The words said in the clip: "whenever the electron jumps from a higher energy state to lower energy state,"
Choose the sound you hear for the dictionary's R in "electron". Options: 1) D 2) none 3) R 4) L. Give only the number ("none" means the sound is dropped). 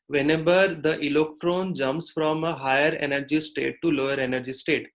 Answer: 3